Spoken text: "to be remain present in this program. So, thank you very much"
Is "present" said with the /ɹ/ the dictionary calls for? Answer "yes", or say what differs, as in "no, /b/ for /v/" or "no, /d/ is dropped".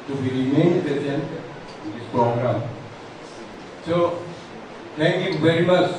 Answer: no, /ɹ/ is dropped